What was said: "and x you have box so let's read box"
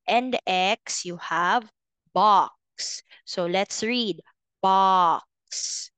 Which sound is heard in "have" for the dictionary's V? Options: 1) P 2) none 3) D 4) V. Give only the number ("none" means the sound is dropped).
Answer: 4